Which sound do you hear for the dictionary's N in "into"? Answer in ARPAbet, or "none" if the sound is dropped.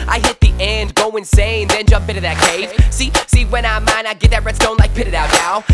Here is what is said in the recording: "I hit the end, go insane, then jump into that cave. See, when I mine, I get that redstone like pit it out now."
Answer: none